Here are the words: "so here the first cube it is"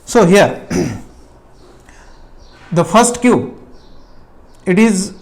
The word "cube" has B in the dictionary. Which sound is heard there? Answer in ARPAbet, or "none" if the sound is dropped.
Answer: none